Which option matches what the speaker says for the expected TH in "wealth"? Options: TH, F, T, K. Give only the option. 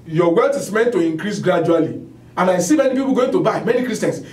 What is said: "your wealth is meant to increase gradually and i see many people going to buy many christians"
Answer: T